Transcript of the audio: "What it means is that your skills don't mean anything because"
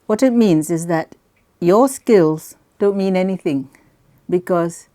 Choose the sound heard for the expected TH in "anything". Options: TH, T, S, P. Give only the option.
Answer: TH